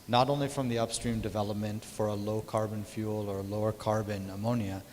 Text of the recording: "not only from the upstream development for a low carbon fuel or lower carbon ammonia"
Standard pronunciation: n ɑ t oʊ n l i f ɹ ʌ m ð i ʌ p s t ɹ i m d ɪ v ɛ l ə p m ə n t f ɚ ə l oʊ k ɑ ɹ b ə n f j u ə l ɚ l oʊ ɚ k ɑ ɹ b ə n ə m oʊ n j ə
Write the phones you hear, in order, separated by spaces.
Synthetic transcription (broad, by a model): n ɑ t oʊ n l i f ɹ ʌ m ð i ʌ p s t ɹ i m d ɪ v ɛ l ə p m ə n t f ɚ ə l oʊ k ɑ ɹ b ə n f j u l ɚ l oʊ ɚ k ɑ ɹ b ə n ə m oʊ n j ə